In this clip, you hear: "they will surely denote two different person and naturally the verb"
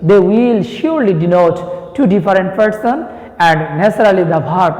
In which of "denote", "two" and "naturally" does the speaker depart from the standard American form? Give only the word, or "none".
naturally